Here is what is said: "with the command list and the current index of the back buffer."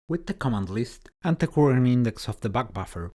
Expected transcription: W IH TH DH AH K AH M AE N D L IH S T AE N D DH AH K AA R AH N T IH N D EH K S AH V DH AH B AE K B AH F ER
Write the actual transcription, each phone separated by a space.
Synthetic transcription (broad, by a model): W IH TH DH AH K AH M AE N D L IH S T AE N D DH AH K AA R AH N IH N D EH K S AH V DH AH B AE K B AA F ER